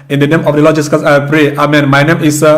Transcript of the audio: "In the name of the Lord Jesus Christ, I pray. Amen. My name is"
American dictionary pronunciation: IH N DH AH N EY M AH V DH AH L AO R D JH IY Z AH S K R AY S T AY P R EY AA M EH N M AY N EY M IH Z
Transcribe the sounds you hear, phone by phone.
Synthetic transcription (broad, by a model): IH N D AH N EY M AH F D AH L AO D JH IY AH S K AY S AY P R EY AA M EH N M AY N EY M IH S